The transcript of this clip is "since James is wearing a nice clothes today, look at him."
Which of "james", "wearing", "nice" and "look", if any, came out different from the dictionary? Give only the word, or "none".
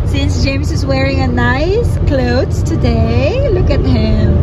james